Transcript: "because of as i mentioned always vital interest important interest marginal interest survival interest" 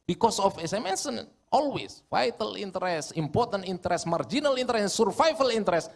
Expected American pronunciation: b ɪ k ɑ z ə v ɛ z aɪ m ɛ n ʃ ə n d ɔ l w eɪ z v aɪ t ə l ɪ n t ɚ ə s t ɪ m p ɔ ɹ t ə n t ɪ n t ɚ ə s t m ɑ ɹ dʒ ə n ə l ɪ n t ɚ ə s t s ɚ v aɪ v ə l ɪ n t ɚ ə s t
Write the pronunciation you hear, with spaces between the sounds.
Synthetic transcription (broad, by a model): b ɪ k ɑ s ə f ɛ s aɪ m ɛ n s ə n ɔ l w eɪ s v aɪ t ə l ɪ n t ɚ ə s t ɪ m p ɔ ɹ t ə n t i n t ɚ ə s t m ɑ ɹ dʒ ə n ə l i n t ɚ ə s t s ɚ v aɪ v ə l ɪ n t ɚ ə s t